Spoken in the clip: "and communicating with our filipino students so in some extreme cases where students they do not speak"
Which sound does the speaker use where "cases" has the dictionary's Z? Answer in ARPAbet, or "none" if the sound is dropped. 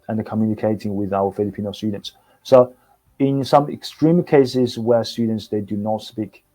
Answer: Z